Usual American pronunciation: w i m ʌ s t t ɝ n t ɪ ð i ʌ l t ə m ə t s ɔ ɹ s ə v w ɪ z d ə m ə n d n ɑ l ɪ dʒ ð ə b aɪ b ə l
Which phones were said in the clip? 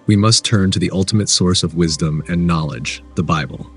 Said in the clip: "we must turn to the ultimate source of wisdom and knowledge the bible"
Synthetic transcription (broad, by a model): w i m ʌ s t t ɝ n t ɪ ð i ʌ l t ə m ə t s ɔ ɹ s ə v w ɪ z d ə m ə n n ɑ l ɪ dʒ ð ə b aɪ b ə l